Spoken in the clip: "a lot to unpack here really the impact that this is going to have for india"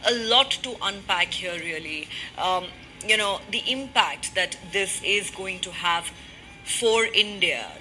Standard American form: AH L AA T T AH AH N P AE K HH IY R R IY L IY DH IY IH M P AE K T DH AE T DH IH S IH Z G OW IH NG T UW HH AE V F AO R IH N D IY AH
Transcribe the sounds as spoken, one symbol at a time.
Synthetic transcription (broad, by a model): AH L AA T T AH AH N P AE K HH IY R L IY N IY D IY IH M P AE K T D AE T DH IH S IH Z G OW IH NG T UW HH AE V F AO R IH N D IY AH